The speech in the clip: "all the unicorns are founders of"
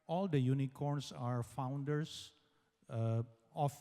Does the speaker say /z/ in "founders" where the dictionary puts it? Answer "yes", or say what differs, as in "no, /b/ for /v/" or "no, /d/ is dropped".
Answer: no, /s/ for /z/